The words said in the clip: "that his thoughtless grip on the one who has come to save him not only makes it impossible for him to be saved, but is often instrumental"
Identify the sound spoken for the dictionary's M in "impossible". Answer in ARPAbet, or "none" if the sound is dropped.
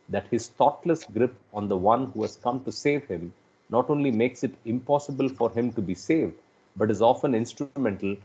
M